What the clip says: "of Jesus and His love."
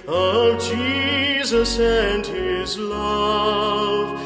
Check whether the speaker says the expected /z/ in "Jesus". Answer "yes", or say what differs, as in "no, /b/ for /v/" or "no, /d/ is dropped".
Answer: yes